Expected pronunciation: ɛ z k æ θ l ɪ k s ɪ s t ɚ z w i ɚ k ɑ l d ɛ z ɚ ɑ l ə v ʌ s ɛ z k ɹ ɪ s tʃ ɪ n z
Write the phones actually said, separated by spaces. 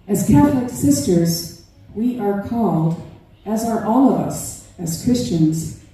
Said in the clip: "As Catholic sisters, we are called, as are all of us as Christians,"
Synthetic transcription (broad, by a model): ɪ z k æ θ l ɪ k s ɪ s t ɚ z w i ɚ k ɑ l d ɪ z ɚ ɑ l ə v ʌ s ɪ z k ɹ ɪ s tʃ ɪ n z